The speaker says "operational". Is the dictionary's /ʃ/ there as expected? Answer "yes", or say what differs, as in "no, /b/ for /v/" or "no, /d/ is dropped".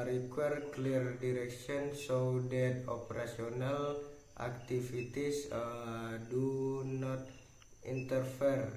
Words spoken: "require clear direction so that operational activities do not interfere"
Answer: no, /s/ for /ʃ/